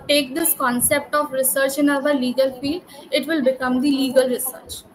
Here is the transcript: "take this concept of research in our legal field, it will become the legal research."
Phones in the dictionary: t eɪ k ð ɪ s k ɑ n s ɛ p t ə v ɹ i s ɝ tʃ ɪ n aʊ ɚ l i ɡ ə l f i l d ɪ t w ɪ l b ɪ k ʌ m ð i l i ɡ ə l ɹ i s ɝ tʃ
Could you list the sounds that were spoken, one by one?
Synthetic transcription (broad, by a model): t eɪ k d ɪ s k ɑ n s ɛ p t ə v ɹ i s ɝ tʃ ɪ n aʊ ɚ l i ɡ ə l f i l d ɪ t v ɪ l b ɪ k ʌ m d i l i ɡ ə l ɹ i s ɝ tʃ